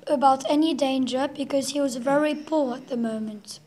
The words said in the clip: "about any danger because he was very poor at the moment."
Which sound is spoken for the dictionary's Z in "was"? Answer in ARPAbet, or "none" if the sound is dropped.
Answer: Z